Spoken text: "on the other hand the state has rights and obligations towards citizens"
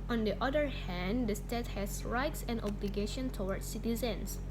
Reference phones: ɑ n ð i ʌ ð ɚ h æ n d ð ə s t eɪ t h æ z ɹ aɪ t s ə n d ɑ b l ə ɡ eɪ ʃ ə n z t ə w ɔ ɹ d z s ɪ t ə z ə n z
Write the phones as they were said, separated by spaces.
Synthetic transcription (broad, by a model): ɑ n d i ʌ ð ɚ h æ n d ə s t eɪ t h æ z ɹ aɪ t s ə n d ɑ b l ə ɡ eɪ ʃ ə n t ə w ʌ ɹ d s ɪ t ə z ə n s